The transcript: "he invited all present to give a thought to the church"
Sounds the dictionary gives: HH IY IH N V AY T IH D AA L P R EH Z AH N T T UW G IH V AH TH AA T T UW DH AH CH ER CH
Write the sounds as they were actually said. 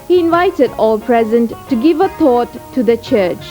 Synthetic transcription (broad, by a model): HH IY IH N V AY T IH D AA L P R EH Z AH N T T UW G IH V AH T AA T T UW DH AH CH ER CH